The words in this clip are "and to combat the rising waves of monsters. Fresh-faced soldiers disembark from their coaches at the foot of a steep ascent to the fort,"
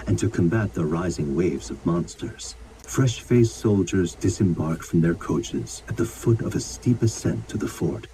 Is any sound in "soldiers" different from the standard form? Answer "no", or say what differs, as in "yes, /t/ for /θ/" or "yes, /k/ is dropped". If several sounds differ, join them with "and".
no